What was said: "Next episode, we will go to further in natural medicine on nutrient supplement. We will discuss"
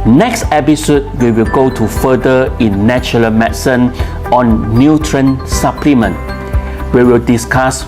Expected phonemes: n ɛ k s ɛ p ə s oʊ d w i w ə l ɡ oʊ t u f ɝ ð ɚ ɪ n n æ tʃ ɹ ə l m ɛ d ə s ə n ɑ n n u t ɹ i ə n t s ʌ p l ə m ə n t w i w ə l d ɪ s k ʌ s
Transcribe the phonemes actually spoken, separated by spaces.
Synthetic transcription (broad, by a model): n ɛ k s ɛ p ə s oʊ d w i w ə l ɡ oʊ t u f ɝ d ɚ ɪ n n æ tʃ ə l m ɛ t s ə n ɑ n n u t ɹ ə n s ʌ p l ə m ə n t w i w ə l d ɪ s k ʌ s